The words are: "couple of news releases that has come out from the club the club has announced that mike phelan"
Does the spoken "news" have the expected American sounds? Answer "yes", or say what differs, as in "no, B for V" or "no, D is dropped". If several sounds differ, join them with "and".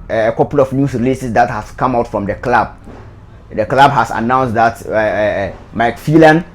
no, S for Z